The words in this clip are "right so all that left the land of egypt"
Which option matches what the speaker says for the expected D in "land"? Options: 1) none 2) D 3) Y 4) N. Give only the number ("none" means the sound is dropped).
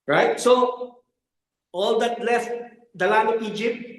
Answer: 1